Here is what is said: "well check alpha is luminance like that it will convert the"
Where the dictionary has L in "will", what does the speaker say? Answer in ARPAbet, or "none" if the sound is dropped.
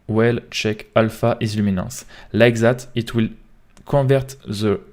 L